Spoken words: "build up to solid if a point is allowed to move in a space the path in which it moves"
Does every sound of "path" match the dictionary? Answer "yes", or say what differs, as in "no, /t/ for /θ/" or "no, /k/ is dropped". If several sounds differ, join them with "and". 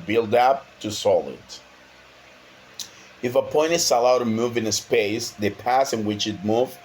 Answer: no, /s/ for /θ/